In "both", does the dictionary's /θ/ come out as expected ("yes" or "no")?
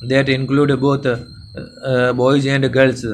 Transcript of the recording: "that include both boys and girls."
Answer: no